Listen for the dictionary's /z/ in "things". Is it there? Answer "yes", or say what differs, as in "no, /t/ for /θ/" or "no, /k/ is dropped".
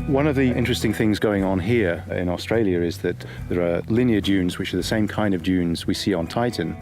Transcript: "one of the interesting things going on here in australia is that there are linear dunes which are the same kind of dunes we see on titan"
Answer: yes